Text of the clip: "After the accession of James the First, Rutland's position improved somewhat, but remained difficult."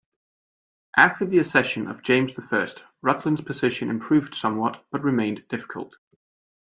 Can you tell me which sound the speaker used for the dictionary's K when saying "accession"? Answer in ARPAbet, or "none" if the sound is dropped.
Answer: none